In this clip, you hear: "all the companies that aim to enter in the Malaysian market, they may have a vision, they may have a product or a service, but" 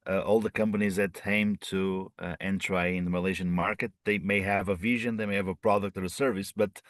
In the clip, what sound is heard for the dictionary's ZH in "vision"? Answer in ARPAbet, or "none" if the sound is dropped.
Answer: ZH